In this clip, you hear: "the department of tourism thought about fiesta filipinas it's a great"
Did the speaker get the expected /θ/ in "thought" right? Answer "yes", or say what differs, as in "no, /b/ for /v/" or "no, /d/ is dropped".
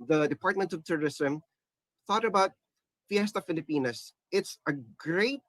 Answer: yes